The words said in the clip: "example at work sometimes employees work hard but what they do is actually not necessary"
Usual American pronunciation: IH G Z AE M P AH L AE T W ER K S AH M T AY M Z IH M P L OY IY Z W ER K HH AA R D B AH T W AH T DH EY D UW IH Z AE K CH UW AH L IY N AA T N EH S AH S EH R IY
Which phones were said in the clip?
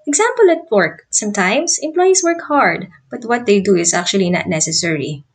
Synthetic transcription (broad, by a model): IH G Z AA M P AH L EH T W ER K S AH M T AY M S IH M P L OY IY S W ER K HH AA R D B AH T W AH T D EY D UW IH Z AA K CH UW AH L IY N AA T N EH S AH S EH R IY